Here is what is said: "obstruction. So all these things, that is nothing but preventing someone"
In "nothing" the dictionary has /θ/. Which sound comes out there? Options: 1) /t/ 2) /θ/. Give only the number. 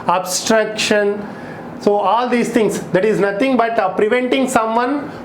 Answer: 1